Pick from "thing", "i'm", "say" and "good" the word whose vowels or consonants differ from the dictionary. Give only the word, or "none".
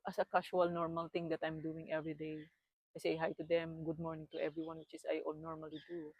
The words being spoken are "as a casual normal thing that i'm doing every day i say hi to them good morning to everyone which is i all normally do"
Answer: thing